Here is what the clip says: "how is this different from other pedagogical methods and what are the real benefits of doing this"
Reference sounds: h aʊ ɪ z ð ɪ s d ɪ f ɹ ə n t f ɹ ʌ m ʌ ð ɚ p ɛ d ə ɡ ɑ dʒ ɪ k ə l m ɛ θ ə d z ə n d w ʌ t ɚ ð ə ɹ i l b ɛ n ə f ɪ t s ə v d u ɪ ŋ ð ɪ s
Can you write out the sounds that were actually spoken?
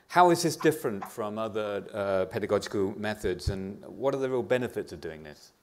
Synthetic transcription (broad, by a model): h aʊ ɪ z ð ɪ s d ɪ f ɹ ə n t f ɹ ʌ m ʌ ð ɚ p ɛ d ə ɡ ɑ dʒ ɪ k ə l m ɛ θ ə d z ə n w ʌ t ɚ ð ə ɹ i l b ɛ n ə f ɪ t s ə v d u ɪ ŋ ð ɪ s